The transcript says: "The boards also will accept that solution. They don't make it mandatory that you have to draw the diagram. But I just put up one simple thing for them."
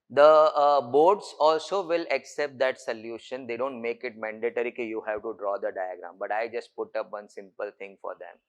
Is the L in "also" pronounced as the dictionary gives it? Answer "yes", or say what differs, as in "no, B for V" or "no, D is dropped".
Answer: yes